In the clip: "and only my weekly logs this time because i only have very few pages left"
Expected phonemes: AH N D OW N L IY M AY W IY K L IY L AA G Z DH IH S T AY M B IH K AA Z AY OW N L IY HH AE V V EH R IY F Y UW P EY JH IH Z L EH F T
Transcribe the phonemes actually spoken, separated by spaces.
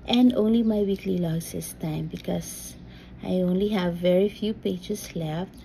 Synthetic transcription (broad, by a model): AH N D OW N L IY M AY W IY K L IY L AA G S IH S T AY M B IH K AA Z AY OW N L IY HH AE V V EH R IY F Y UW P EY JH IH S L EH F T